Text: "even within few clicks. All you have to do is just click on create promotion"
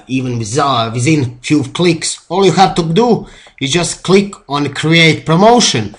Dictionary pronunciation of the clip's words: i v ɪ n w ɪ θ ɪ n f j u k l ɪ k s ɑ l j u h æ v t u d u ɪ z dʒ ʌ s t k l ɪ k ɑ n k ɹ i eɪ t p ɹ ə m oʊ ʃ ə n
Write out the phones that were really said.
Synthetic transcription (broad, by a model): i v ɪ n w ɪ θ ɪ n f j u k l ɪ k s ɑ l j u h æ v t u d u ɪ z dʒ ʌ s t k l ɪ k ɑ n k ɹ i eɪ t p ɹ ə m oʊ ʃ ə n